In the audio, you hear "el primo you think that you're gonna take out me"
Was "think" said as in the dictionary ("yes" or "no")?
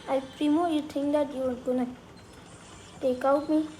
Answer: no